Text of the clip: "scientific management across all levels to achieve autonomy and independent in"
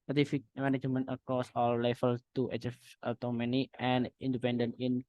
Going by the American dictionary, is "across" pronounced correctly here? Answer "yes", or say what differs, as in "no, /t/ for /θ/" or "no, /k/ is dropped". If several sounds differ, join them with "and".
no, /ɹ/ is dropped